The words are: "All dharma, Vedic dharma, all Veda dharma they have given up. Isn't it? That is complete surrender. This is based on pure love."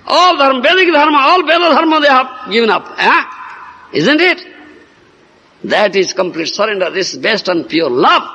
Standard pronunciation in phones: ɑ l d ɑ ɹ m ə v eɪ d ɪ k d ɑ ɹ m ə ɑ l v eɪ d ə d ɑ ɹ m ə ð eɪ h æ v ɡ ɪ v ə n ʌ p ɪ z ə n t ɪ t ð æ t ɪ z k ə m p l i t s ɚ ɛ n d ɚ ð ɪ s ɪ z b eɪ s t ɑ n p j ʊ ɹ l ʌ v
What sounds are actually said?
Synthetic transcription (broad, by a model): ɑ l d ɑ ɹ m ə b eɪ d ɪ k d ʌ ɹ m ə ɑ l b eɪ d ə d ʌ ɹ m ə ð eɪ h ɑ b ɡ ɪ v ə n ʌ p ɪ z ə n t ɪ t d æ t ɪ z k ə m p l i t s ɚ ɛ n d ɚ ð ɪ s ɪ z b eɪ s t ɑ n p j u ɹ l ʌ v